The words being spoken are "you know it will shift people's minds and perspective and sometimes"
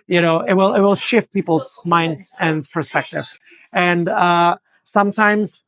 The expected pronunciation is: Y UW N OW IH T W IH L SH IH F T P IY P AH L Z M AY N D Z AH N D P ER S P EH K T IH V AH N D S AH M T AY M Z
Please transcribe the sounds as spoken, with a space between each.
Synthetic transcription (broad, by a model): Y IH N OW IH T W IH L SH IH F T P IY P L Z M AY N D Z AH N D P ER S P EH K T IH V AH N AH S AH M T AY M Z